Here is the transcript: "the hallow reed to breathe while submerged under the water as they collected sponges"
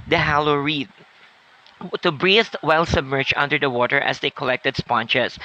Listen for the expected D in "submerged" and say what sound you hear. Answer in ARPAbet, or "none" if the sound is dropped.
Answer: none